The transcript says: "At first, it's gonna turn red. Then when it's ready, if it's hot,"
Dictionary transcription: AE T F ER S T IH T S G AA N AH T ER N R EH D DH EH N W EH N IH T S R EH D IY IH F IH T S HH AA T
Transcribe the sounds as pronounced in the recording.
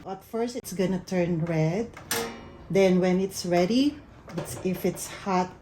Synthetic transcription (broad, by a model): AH T F ER S T IH T S G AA N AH T ER N R EH D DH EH N W EH N IH T S R EH D IY IH F IH T S HH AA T